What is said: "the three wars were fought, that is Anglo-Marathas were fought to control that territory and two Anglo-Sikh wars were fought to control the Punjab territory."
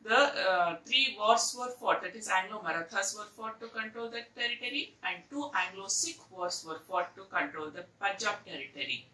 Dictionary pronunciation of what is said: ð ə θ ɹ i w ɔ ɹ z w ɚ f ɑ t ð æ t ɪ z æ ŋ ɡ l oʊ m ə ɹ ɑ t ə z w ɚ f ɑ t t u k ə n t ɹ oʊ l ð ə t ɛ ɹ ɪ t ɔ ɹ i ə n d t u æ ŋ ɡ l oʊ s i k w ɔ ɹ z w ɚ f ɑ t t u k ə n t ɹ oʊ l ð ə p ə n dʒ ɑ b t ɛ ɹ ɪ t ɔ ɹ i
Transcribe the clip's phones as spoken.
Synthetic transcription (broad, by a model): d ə t ɹ i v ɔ ɹ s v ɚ f ɑ t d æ t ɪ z æ ŋ ɡ l oʊ m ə ɹ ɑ t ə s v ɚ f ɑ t t u k ə n t ɹ oʊ l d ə t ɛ ɹ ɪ t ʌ ɹ i ə n d t u æ ŋ ɡ l oʊ s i k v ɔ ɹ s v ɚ f ɑ t t u k ə n t ɹ oʊ l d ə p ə dʒ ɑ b t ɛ ɹ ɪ t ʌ ɹ i